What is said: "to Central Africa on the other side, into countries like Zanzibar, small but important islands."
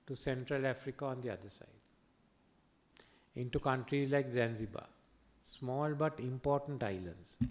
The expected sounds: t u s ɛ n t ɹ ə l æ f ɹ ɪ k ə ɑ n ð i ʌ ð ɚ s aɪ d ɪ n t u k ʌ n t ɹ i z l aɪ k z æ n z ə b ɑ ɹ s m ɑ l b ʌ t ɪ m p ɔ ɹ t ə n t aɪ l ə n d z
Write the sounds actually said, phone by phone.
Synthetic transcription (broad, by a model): t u s ɛ n t ɹ ə l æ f ɹ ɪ k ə ɑ n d i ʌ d ɚ s aɪ d ɪ n t u k ʌ n t ɹ i z l aɪ k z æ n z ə b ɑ s m ɑ l b ʌ t ɪ m p ɔ ɹ t ə n t aɪ l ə n d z